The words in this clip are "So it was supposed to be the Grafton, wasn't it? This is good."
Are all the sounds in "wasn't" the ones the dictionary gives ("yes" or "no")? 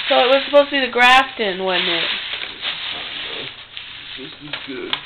no